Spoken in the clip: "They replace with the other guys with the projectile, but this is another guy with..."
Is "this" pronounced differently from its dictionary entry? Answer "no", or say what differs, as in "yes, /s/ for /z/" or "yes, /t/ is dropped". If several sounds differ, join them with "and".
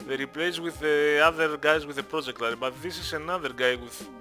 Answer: no